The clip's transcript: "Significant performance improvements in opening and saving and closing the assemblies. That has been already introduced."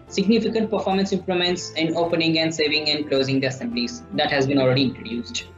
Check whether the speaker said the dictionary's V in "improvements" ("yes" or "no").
no